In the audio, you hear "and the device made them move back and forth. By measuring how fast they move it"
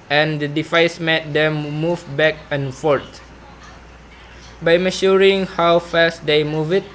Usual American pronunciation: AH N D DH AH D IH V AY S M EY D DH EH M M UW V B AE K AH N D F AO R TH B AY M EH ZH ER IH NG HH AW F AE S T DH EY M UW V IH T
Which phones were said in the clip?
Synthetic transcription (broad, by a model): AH N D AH D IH F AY S M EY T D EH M M UW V B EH K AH N F AO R T B AY M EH SH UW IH NG HH AW F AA S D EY M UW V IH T